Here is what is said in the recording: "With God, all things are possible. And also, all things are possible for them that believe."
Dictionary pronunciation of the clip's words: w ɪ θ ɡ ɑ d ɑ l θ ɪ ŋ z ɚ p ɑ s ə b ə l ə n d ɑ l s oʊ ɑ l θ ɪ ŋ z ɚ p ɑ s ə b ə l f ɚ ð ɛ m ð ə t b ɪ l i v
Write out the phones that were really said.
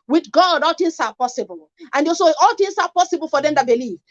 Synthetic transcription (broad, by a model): w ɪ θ ɡ ɑ d ɑ l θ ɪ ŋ s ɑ p ɑ s ə b ə l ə n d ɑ s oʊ ɑ l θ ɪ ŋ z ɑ p ɑ s ə b ə l f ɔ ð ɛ m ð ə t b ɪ l i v